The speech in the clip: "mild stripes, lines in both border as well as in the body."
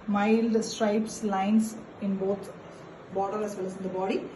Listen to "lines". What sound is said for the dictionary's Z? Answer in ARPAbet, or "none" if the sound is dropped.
S